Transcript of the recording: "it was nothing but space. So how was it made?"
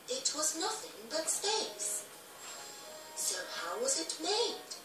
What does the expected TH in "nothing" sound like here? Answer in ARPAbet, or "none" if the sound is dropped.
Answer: TH